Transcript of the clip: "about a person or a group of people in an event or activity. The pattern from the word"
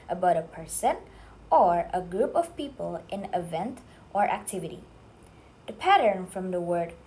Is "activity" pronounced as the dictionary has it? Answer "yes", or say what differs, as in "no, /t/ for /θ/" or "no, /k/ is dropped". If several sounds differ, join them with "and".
yes